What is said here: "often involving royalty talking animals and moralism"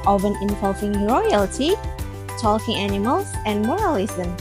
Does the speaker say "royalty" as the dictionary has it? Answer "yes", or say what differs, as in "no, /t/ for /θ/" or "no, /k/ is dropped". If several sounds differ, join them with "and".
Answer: yes